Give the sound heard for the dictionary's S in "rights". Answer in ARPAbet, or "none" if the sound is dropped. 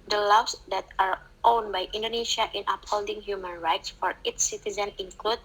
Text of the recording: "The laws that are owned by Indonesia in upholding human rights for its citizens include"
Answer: S